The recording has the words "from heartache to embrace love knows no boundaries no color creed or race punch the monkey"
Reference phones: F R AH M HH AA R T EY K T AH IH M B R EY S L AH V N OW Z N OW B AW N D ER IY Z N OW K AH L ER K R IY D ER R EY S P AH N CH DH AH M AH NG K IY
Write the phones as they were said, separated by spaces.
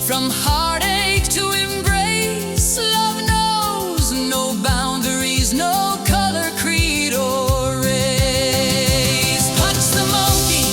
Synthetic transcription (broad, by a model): F R AH M HH AA R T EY K T AH IH M B R EY S L AH V N OW Z N OW B AW N D ER IY Z N OW K AH L ER K R IY D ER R EY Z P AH CH DH AH M AH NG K IY